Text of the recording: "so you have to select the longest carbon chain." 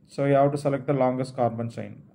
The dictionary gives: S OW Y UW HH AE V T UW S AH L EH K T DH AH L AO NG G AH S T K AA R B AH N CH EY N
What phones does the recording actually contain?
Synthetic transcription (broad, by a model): S OW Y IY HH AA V T UW S AH L EH K T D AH L AO NG G AH S T K AA R B AH N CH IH N